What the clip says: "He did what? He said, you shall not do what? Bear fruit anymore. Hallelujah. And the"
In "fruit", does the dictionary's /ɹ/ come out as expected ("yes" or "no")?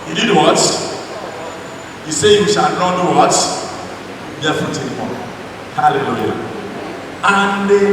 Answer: no